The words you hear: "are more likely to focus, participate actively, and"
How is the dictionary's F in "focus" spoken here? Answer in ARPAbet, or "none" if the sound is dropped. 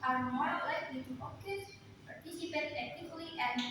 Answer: P